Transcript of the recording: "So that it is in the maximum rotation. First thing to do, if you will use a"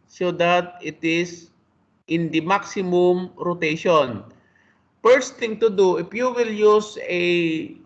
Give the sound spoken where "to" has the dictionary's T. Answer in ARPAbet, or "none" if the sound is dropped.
T